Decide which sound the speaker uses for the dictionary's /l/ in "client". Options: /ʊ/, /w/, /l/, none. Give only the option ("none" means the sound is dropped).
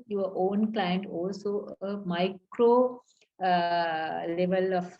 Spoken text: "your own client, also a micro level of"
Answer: /l/